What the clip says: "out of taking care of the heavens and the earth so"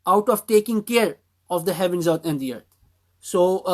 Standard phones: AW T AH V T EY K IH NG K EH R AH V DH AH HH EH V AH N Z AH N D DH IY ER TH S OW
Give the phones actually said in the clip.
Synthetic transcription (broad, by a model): AW T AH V T EY K IH NG K EH R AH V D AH HH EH V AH N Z AH N D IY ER T S OW